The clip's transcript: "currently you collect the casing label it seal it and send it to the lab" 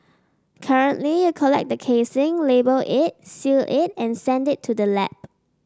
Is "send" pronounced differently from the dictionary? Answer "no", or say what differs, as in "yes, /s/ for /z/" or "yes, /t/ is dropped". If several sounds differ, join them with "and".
no